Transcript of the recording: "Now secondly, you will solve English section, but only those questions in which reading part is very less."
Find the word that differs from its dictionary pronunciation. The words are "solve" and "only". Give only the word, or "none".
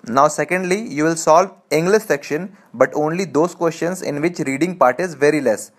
none